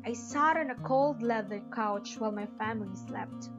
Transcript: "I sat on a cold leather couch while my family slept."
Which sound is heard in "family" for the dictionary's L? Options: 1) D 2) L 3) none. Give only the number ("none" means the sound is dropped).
2